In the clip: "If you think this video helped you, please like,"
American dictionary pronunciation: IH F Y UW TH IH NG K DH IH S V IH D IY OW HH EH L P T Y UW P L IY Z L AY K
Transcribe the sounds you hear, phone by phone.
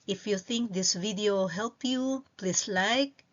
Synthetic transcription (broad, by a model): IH F Y UW TH IH NG K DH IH S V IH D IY OW HH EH L P Y UW P L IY S L AY K